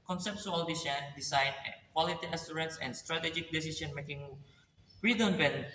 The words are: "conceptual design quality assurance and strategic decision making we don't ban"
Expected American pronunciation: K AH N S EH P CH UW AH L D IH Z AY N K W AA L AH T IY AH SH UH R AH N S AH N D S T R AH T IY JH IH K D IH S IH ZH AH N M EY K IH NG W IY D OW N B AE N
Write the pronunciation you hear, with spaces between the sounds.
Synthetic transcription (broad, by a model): K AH N S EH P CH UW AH L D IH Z AY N K W AA L AH T IY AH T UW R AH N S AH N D S T R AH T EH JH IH K D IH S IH S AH N M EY K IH NG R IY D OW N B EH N